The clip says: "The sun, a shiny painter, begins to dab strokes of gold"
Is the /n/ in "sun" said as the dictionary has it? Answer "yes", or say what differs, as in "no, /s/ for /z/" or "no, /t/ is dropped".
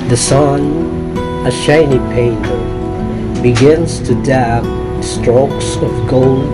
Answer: yes